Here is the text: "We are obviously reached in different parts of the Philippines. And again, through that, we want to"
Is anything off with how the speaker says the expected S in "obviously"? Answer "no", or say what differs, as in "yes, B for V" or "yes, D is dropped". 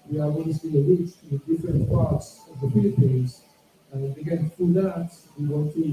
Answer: yes, S is dropped